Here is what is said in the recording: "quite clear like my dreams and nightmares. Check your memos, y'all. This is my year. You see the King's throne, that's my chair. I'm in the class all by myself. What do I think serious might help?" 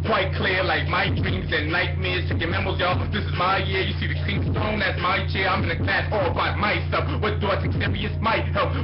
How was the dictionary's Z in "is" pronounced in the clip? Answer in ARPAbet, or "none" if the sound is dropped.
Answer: Z